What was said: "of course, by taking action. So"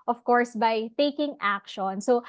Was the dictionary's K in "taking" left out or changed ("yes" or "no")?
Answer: no